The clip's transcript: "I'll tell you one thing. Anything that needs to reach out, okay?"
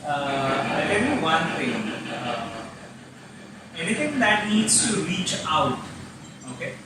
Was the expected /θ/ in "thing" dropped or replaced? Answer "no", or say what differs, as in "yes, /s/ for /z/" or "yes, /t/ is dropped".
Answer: yes, /t/ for /θ/